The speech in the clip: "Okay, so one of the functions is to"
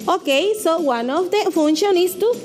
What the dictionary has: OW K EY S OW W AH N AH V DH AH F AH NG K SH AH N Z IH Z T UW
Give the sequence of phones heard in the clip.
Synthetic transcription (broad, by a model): OW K EY S OW W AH N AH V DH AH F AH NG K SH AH N IH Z T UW